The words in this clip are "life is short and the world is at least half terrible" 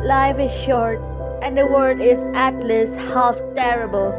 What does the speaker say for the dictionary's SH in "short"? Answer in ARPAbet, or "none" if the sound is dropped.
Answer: SH